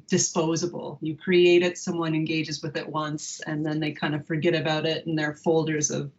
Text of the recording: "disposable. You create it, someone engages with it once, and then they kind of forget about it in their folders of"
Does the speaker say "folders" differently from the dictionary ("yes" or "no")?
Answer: no